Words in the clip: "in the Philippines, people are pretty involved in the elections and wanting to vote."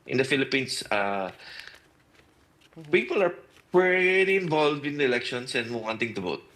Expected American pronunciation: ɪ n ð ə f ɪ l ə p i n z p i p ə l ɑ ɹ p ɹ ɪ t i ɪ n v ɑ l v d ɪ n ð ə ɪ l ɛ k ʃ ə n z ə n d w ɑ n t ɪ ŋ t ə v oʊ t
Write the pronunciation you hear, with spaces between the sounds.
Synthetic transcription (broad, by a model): ɪ n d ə f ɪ l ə p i n s p i p ə l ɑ ɹ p ɹ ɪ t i ɪ n v ɑ l v d ɪ n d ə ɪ l ɛ k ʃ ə n s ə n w w ɑ n t ɪ ŋ t ə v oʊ t